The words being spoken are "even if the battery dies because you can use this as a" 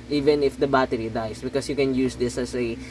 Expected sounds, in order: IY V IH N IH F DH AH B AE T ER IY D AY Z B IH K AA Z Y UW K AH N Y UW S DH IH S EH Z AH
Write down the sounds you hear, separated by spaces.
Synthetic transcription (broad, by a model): IY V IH N IH F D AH B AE T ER IY D AY S B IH K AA S Y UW K AH N Y UW S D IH S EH S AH